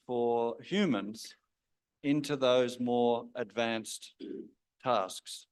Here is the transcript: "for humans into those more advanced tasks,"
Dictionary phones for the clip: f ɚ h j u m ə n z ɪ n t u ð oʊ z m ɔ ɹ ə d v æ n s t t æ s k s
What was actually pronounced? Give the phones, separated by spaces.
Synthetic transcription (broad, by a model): f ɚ h j u m ə n z ɪ n t u ð oʊ z m ɔ ɹ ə d v æ n s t t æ s k s